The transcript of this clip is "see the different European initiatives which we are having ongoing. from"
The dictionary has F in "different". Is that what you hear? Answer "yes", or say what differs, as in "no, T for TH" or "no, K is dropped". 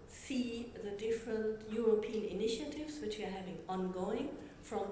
yes